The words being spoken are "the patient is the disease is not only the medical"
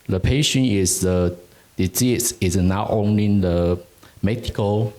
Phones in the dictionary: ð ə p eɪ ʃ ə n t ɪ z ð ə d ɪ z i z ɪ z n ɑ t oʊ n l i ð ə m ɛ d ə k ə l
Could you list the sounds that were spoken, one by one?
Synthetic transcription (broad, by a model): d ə p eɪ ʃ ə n ɪ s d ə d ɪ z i s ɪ s n ɑ t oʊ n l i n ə m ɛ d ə k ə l